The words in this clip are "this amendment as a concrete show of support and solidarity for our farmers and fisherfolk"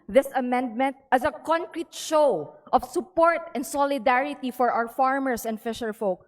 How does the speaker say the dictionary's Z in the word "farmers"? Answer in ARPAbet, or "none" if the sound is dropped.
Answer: S